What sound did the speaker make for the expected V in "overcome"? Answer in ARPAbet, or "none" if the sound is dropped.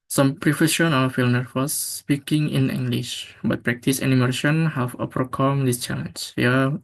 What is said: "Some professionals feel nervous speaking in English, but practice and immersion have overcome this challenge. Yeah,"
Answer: P